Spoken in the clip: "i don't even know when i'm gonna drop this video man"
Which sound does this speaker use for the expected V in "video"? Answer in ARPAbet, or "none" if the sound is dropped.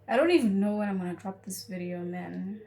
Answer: V